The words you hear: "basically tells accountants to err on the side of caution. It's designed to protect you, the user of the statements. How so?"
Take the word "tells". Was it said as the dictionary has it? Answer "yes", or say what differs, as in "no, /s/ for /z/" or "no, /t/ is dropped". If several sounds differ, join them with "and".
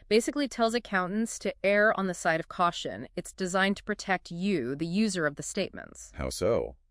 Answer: yes